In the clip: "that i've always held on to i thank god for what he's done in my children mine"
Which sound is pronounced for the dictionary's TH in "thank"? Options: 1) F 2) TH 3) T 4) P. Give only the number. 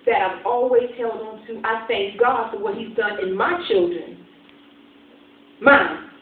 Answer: 2